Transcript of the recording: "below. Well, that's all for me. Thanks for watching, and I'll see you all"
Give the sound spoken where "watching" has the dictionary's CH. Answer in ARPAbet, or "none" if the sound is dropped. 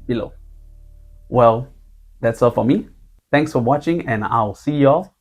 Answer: CH